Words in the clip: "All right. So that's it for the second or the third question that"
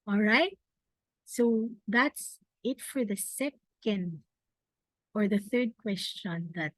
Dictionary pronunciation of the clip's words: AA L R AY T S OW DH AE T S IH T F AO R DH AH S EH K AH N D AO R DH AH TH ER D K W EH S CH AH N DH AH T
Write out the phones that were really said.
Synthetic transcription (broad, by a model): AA L R AY T S OW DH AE T S IH T F AO R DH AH S EH K AH N D AO R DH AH TH ER D K W EH S CH AH N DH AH T